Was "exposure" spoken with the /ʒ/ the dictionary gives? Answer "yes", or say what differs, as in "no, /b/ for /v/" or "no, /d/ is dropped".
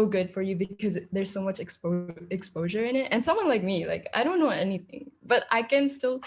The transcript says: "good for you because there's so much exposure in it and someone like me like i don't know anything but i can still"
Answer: yes